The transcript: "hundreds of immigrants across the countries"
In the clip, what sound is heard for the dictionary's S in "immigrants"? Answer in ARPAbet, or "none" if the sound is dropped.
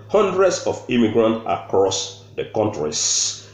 none